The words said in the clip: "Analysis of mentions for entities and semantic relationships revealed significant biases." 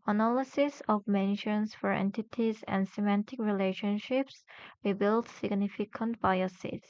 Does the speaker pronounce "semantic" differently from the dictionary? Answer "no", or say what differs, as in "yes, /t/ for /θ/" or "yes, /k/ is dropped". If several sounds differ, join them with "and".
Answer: no